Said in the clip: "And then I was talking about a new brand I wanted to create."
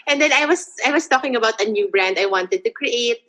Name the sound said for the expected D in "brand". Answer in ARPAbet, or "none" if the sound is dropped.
D